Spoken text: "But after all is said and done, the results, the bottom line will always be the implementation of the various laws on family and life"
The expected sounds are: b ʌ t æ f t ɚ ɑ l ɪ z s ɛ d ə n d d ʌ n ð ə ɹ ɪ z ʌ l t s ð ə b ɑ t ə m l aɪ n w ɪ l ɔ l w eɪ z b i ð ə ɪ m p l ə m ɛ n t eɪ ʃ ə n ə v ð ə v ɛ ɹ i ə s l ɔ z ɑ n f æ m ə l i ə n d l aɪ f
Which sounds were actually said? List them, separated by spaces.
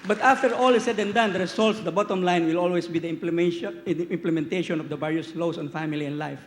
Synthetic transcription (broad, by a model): b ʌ t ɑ f t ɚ ɑ l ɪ s ɛ d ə n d d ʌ n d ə ɹ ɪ s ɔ l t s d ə b ɑ t ə m l aɪ n w ɪ l ɔ l w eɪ s b i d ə ɪ m p l ə m ɛ n t eɪ ʃ ə n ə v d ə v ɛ ɹ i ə s l ɔ s ɑ n f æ m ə l i ə n d l aɪ f